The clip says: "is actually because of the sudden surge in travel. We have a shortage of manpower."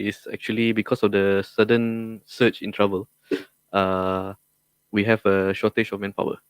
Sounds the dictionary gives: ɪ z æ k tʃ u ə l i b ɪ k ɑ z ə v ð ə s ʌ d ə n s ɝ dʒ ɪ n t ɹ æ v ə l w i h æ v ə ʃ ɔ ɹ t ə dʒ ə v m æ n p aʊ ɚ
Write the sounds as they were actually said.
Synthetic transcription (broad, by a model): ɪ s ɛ k tʃ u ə l i b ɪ k ɑ s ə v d ə s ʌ d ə n s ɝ tʃ ɪ n t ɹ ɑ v ə l w i h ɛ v ə ʃ ɔ t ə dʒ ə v m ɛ n p aʊ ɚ